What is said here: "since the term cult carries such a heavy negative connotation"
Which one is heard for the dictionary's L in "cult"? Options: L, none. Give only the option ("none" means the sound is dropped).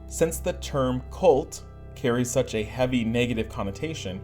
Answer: L